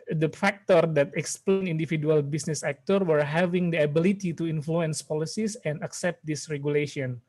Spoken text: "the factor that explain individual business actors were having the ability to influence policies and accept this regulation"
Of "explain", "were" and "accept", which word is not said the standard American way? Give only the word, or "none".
none